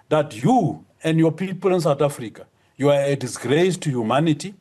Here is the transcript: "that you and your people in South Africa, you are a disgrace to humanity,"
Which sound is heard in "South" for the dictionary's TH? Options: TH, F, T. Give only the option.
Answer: T